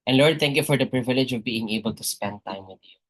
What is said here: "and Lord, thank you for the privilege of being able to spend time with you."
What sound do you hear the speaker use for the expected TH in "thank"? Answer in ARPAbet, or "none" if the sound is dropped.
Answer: T